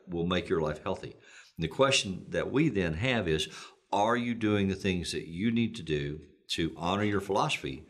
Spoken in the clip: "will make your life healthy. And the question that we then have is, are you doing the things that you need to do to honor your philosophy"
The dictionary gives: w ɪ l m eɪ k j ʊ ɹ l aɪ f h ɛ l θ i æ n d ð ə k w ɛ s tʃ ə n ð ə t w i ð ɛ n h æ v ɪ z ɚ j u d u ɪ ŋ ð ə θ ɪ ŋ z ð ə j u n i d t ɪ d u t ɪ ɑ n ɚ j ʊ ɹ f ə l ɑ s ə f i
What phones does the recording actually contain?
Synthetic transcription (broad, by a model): w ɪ l m eɪ k j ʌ ɹ l aɪ f h ɛ l θ i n ð ə k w ɛ s tʃ n ð ə t w i ð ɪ n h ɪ v ɪ z ɚ j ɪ d u ɪ ŋ ð ə θ ɪ ŋ z ð ə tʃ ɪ n i d t ɪ d u t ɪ ɑ n ɚ j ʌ ɹ f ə l ɑ s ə f i